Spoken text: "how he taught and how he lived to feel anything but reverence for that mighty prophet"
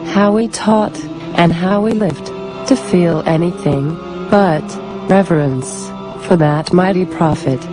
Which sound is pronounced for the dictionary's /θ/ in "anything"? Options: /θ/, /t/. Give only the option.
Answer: /θ/